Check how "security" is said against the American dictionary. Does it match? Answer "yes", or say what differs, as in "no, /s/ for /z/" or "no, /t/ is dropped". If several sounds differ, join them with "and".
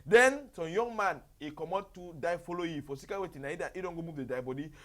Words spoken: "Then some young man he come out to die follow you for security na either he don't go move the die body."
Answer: no, /w/ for /ɹ/